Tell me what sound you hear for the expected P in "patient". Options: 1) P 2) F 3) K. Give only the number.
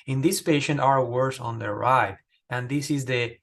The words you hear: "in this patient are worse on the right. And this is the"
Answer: 1